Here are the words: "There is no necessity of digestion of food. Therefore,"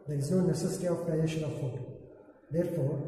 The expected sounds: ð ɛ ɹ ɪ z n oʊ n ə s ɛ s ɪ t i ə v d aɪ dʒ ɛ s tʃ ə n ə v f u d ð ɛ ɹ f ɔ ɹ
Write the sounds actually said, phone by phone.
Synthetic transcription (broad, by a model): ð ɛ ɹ ɪ z n oʊ n ə s ɛ s ɪ t i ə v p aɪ ɛ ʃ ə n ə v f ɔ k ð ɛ ɹ f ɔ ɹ